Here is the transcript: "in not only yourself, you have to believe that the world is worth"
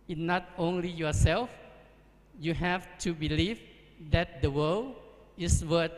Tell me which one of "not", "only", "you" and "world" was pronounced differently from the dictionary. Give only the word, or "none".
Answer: world